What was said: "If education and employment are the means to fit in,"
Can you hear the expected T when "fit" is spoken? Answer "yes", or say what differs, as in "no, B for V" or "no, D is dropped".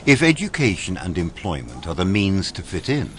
yes